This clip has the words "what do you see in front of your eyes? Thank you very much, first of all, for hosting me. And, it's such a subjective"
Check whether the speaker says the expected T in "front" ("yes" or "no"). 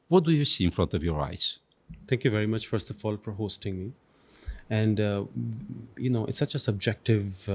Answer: yes